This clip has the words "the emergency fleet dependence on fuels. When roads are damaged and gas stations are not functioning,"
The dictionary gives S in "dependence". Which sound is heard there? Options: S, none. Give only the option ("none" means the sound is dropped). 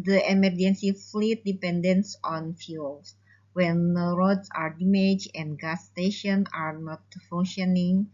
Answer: S